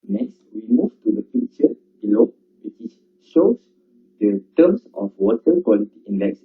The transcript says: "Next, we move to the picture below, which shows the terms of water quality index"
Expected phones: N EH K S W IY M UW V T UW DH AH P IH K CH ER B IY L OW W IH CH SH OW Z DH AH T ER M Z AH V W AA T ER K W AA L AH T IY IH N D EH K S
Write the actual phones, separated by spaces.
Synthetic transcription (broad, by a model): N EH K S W IY M UW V T UW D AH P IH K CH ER B IY L OW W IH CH SH OW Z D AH T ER M S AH F W AA T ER K W AA L AH T IY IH N D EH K S